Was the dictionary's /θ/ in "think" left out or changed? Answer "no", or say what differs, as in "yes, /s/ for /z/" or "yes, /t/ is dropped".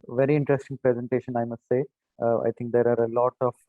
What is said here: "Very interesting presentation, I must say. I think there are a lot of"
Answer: yes, /t/ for /θ/